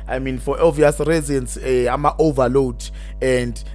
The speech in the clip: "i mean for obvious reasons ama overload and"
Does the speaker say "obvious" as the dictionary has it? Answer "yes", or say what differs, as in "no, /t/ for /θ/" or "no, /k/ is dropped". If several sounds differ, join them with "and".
no, /b/ is dropped